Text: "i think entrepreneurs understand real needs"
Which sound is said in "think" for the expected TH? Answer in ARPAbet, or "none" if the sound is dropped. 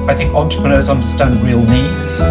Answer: TH